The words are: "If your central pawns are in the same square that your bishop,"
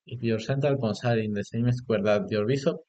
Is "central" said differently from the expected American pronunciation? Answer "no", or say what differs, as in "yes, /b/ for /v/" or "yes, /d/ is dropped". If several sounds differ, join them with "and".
yes, /ɹ/ is dropped